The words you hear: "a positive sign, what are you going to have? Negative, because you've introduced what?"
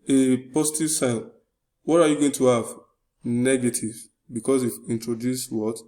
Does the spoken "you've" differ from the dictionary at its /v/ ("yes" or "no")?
yes